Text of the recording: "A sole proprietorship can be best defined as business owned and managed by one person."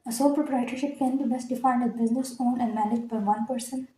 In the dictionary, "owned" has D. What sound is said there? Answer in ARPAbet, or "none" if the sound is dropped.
none